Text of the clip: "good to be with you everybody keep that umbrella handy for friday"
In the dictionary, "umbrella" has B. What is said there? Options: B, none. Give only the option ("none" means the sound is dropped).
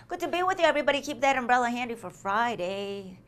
B